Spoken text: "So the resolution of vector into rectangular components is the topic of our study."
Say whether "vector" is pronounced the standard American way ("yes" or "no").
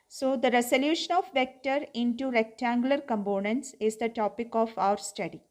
yes